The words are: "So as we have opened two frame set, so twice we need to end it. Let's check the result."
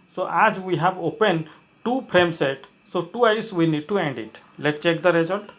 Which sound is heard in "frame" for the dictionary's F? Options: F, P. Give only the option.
P